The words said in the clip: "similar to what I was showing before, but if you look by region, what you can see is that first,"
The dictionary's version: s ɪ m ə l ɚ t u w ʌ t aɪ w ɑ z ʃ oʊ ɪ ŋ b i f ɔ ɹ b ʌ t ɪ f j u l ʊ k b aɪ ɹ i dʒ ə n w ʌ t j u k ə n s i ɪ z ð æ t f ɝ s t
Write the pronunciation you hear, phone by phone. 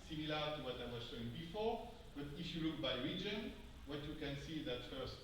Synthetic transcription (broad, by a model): s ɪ m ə l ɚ t u w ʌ t aɪ w ɑ z ʃ oʊ ɪ ŋ b i f ɔ ɹ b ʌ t ɪ f j u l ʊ k b aɪ ɹ i dʒ ə n w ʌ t j u k ə n s i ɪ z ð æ t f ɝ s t